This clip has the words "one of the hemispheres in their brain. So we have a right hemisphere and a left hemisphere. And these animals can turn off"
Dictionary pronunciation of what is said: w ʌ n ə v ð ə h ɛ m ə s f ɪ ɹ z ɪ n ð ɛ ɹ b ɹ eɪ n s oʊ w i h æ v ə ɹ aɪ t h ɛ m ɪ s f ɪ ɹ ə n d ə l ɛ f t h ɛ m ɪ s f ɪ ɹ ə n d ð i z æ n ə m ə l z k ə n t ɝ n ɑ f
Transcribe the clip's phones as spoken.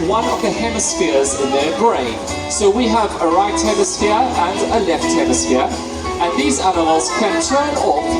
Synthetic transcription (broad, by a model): w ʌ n ə v ð ə h ɛ m ə s f ɪ ɹ z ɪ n ð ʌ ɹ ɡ ɹ eɪ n s oʊ w i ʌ v ə ɹ aɪ t h ɛ m ɪ s f ɪ ɹ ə n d ə l ɛ f t h ɛ m ɪ s f ɪ ɹ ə n ð i z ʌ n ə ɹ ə z k ə n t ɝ n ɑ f